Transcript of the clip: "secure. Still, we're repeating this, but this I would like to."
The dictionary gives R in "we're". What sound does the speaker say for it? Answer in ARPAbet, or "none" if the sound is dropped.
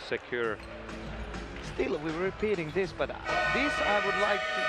W